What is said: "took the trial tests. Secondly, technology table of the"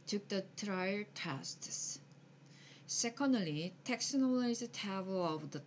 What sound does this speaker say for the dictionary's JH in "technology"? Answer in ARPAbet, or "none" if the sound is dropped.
none